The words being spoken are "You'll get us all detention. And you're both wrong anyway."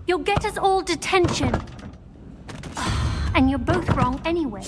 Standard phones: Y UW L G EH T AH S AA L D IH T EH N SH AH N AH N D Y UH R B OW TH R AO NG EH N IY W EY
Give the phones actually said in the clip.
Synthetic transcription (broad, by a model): Y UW L G EH T AH S AA L D IH T EH N SH AH N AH N Y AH R B OW TH R AO NG EH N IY W EY